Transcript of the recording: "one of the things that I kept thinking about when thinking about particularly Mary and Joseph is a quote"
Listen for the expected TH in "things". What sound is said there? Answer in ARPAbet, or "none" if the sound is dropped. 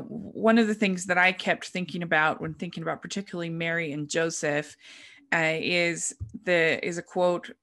TH